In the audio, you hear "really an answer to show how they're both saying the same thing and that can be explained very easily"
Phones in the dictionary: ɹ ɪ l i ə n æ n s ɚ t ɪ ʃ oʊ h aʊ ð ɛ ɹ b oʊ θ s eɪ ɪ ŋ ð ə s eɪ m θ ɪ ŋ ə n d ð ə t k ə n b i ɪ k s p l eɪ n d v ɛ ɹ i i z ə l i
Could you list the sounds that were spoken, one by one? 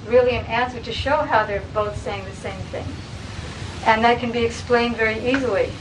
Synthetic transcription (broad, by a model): ɹ ɪ l i ə n æ n s ɚ t ɪ ʃ oʊ h aʊ ð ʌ ɹ b oʊ θ s eɪ ɪ ŋ ð ə s eɪ m θ ɪ ŋ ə n ð ə t k ə n b i ɪ k s p l eɪ n d v ɛ ɹ i i z l i